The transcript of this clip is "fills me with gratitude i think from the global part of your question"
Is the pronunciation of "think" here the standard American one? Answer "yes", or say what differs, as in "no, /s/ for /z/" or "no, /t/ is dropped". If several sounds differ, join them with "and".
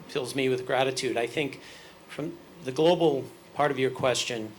yes